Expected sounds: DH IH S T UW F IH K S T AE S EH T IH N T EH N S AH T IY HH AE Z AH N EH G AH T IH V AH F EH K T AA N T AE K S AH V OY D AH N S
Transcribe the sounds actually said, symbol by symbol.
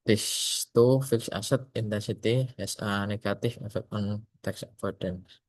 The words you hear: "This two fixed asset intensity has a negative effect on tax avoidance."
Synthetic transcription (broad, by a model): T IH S T UW F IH K S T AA S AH T IH N T EH N S AH T IY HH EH S AH N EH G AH T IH F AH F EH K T AA N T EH K S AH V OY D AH N